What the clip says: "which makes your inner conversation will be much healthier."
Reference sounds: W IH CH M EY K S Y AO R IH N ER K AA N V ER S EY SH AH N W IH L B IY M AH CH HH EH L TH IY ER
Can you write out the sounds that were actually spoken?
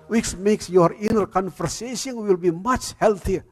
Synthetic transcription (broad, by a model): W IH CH M EY K S Y AO R IH N ER K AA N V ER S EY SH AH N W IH L B IY M AH CH HH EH L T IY